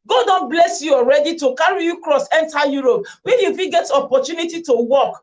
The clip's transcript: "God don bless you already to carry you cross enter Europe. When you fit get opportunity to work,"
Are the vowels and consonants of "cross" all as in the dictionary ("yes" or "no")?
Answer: yes